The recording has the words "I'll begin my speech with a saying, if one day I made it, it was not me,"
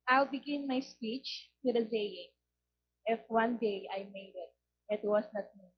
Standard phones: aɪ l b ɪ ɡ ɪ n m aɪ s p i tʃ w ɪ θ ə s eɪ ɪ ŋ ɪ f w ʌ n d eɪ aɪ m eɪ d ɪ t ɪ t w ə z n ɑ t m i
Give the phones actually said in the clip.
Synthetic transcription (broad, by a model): aɪ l b ɪ ɡ ɪ n m aɪ s p i tʃ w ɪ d ə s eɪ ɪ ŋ ɪ f w ʌ n d eɪ aɪ m eɪ d ɪ t ɪ t w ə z n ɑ t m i